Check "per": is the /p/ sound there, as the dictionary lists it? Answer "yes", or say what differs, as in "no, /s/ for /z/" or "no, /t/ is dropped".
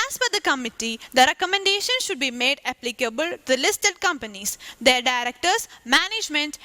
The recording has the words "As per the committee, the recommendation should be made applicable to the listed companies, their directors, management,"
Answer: no, /f/ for /p/